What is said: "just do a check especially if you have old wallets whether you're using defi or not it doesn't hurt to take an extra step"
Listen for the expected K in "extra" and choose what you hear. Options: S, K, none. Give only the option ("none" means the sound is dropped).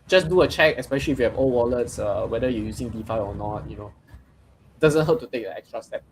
K